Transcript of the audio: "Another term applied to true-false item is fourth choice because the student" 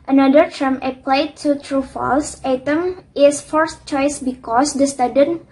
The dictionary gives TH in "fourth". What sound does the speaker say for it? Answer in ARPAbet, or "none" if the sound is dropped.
S